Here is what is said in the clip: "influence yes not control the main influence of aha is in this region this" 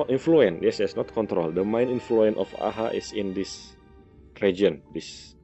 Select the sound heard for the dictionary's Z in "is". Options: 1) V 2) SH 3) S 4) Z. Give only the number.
3